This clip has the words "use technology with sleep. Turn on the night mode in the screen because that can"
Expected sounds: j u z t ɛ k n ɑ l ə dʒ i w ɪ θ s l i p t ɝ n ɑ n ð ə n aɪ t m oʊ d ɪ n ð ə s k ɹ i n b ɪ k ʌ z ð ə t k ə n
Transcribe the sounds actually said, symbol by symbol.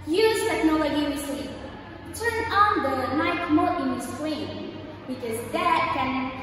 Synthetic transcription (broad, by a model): j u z t ɛ k n ɑ l ə dʒ i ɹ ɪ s i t t ɝ n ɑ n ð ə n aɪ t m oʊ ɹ ɪ n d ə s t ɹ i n b ɪ k ʌ z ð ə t k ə n